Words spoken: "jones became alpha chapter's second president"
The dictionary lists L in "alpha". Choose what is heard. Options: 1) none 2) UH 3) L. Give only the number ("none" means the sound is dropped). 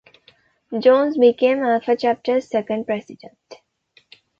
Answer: 1